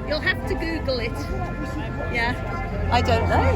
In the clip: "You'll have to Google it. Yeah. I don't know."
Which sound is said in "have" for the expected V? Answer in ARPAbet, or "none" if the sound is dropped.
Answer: F